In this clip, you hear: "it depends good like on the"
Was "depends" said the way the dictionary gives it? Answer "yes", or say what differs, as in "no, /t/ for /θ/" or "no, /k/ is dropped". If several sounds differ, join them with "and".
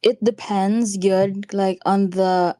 yes